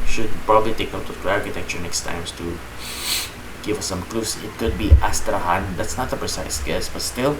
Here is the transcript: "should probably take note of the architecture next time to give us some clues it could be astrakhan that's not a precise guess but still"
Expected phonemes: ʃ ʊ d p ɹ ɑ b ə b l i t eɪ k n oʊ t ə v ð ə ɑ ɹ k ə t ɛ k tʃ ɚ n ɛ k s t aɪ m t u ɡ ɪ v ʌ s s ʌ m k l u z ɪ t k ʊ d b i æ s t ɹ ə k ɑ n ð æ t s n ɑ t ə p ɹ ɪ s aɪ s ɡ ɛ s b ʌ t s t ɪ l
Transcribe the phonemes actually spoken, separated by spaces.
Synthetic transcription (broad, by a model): ʃ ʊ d p ɹ ɑ b ə b l i t eɪ k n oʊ ə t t ɑ ɹ k ə t ɛ k tʃ ɚ n ɛ k s t aɪ m t u ɡ ɪ v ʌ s s ʌ m k l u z ɪ t k ʊ d b i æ s t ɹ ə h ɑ n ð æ t s n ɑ t ə p ɹ ɪ s aɪ s ɡ ɛ s b ʌ t s t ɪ l